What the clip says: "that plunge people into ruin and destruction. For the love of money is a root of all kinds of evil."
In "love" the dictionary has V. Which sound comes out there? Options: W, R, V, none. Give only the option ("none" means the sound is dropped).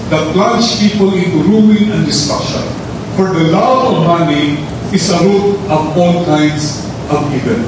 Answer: none